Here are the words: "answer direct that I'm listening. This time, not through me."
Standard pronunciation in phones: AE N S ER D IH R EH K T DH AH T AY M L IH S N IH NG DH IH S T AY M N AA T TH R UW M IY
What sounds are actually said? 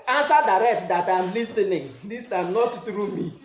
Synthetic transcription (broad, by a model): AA N S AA D IH R EH K T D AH T AY M L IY S N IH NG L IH S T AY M N AA T T R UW M IY